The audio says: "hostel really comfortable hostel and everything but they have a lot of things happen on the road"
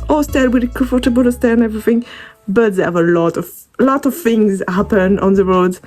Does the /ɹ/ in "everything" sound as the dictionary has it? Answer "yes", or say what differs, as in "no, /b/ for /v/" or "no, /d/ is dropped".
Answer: yes